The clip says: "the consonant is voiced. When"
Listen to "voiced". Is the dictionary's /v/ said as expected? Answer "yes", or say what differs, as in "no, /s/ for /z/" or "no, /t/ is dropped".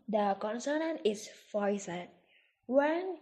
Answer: no, /f/ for /v/